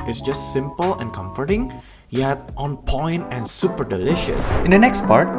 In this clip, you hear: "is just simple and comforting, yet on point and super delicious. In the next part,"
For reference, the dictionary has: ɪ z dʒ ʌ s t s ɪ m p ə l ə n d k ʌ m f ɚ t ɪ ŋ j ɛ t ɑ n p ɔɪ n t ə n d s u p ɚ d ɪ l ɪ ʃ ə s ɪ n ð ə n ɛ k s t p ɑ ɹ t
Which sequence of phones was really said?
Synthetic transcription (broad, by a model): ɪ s dʒ ʌ s t s ɪ m p ə l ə n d k ʌ m f ɚ t ɪ ŋ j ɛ t ɑ n p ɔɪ n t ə n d s u p ɚ d ɪ l ɪ ʃ ə s ɪ n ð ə n ɛ k s t p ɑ ɹ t